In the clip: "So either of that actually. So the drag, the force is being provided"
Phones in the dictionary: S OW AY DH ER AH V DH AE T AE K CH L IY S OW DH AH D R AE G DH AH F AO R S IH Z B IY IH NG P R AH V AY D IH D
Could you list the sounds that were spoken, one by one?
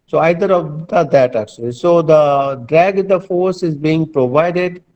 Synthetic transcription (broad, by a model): S OW AY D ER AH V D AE T AE K CH L IY S OW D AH D R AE G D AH F AO R S IH Z B IY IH NG P R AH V AY D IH D